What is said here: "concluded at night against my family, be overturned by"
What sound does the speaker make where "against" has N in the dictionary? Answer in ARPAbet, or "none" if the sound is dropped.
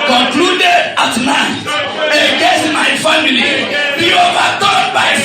none